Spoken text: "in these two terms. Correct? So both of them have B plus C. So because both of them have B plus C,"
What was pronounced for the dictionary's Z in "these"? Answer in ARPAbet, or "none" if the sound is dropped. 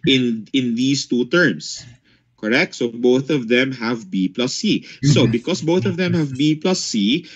S